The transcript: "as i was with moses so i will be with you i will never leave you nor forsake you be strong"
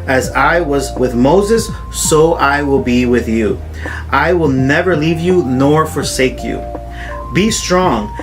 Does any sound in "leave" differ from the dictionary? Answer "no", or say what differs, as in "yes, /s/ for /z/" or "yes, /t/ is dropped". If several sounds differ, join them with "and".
no